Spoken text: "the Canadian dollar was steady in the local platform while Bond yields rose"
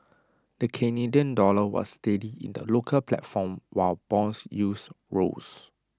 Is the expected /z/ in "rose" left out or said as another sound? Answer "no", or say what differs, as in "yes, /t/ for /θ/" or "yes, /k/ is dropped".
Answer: yes, /s/ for /z/